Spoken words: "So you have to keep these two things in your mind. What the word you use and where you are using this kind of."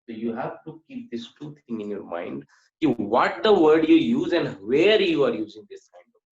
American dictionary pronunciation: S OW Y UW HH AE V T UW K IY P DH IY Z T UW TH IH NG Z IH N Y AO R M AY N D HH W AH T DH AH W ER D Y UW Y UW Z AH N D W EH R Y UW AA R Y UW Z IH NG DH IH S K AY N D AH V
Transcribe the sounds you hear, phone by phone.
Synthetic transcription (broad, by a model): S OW Y UW HH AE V T UW K IY P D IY S T UW T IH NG IH N Y AO R M AY N D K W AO T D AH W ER D Y UW Y UW Z AH N D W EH R Y UW AA R Y UW Z IH NG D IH S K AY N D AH